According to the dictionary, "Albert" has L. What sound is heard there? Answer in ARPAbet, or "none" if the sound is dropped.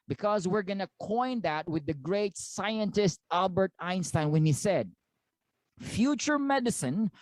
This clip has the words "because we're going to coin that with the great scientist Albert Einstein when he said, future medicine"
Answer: L